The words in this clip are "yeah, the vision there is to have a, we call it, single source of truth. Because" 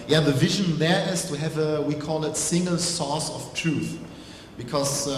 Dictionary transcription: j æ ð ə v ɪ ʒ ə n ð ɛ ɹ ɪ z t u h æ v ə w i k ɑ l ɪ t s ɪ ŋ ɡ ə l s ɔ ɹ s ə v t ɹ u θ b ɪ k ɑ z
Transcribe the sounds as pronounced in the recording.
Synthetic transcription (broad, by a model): j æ ð ə v ɪ ʒ ə n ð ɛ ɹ ɪ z t u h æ v ə w i k ɑ l ɪ t s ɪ ŋ ɡ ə l s ɔ s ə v t ɹ u θ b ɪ k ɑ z